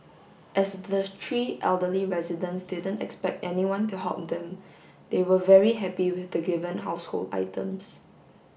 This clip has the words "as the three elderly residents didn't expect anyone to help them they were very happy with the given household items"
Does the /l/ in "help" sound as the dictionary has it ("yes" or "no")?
no